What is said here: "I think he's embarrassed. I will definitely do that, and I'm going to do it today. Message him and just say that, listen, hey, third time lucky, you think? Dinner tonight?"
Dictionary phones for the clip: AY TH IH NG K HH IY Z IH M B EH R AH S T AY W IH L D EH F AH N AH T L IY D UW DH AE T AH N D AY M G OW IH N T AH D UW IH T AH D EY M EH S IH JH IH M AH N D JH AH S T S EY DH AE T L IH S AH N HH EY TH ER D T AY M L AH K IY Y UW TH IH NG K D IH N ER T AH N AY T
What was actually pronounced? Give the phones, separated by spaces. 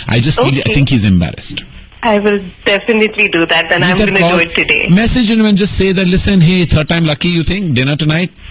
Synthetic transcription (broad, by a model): AY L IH NG K HH IY Z IH M B EH R AH S T AY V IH L D EH F AH N AH T L IY D UW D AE T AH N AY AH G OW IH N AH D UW IH T AH D EY M EH S IH JH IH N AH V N JH AH S T S EY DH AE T L IH S AH N HH EY T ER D T AY M L AH K IY Y UW T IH NG K D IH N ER T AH N AY T